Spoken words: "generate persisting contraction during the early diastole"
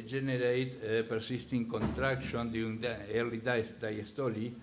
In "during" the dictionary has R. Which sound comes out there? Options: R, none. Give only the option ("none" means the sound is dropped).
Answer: none